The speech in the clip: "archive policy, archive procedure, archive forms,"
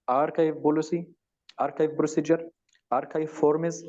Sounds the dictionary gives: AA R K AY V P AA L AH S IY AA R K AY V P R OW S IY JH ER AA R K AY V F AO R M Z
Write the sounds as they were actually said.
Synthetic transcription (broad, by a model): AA R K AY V B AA L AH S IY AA R K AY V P R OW S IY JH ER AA R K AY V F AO R M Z